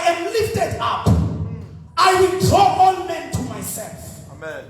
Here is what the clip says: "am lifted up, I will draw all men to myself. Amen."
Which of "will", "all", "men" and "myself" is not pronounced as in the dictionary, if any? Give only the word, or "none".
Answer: all